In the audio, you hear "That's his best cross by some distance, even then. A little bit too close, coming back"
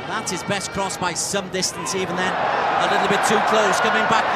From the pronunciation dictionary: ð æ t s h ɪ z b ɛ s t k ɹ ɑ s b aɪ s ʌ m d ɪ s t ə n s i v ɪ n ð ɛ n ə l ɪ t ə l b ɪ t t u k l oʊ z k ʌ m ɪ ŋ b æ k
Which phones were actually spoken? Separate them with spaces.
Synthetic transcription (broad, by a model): ð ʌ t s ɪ z b ɛ s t k ɹ ɑ s b aɪ s ʌ m d ɪ s t ə n s i v ɪ n ð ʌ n ə l ɪ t l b ɪ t t u k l oʊ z k ʌ m ɪ ŋ b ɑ k